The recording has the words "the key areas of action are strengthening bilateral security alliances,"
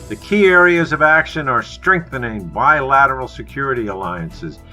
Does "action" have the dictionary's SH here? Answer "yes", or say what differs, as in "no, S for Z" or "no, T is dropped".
yes